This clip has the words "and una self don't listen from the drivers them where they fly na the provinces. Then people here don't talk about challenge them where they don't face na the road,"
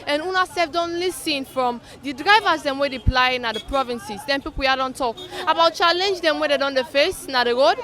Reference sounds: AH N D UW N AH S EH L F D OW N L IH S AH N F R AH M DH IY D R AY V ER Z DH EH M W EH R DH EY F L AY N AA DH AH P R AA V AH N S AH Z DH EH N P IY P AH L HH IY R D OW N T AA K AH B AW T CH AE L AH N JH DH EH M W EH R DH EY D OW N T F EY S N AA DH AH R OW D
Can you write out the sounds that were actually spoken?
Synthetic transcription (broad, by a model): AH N UW N AH S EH F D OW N L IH S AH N F R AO M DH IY D R AY V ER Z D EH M W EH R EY P L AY N AA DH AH P R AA V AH N S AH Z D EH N P IY P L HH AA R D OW N T AA K AH B AW T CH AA L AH N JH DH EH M W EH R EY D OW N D F EY S N AA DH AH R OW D